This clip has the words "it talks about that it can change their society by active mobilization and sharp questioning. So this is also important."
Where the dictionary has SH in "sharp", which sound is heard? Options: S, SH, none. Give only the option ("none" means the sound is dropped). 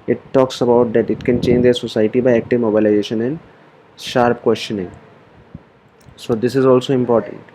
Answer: SH